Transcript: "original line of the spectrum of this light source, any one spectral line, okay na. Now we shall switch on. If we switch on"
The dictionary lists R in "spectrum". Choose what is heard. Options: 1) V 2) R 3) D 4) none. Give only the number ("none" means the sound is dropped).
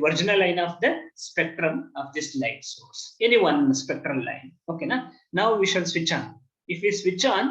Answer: 2